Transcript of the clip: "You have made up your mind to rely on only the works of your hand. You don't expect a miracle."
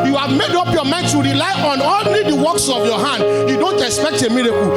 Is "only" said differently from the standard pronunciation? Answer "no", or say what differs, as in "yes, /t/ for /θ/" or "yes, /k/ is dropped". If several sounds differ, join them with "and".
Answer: yes, /l/ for /n/